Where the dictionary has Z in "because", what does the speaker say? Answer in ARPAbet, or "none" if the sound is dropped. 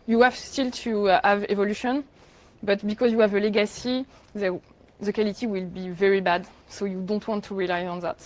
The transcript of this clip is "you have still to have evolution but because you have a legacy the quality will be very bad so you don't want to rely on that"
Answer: Z